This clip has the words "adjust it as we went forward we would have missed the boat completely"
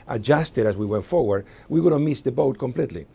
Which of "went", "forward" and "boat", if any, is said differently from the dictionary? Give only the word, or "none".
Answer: none